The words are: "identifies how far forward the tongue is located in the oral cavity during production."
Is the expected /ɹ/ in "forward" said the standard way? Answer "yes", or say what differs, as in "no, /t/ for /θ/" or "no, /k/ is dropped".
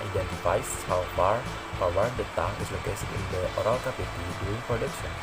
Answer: no, /w/ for /ɹ/